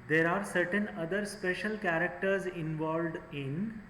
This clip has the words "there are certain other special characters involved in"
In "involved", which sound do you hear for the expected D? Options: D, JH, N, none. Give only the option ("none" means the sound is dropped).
D